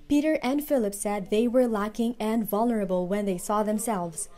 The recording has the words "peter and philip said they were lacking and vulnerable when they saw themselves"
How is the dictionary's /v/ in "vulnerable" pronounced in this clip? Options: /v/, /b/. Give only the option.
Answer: /v/